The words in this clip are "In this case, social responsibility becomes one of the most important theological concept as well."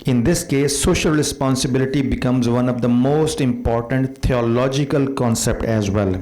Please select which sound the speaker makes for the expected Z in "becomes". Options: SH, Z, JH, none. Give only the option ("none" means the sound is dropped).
Z